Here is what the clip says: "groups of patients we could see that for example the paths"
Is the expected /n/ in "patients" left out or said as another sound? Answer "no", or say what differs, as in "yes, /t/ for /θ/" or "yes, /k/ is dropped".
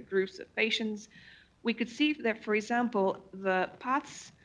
no